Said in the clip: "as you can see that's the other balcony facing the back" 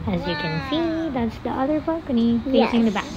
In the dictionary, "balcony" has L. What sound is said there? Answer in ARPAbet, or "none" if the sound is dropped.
none